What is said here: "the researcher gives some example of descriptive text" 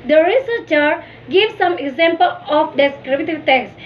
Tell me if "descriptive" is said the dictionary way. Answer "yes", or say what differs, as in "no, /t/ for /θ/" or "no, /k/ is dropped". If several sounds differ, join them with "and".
no, /b/ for /p/